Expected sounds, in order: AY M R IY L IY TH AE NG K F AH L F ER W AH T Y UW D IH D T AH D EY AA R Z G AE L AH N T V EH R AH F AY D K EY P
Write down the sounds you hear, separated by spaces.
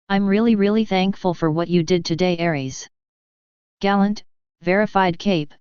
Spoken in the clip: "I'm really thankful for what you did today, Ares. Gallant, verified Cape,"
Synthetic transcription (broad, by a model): AY M R IY L IY TH AE NG K F AH L F ER W AH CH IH D IH D T AH D EY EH R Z G AE L AH N T V EH R AH F AY D K EY P